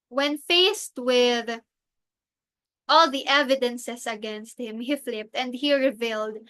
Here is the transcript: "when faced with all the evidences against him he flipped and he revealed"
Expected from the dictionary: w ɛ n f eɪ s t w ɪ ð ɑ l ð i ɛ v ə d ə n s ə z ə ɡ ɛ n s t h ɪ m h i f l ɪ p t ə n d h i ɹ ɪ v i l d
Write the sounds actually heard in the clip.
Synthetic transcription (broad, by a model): w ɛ n f eɪ s t w ɪ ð ɑ l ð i ɛ v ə d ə n s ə s ə ɡ ɛ n s t h ɪ m h i f l ɪ p t ə n d h i ɹ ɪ v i l d